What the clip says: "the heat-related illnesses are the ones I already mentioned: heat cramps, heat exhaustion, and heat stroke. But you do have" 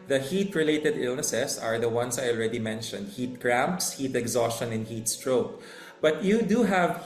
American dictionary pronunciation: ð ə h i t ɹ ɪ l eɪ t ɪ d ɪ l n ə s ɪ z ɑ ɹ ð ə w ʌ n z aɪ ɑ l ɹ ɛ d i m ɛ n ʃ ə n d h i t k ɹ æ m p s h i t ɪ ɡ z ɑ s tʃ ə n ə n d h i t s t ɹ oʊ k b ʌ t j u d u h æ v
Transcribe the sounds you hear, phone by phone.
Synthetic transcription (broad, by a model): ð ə h i t ɹ ɪ l eɪ t ɪ d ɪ l n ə s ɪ s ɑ ɹ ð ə w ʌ n s aɪ ɑ l ɹ ɛ d i m ɛ n ʃ ə n d h i t k ɹ æ m p s h i t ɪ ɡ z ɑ s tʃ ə n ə n h i t s t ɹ oʊ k b ʌ t j u d u h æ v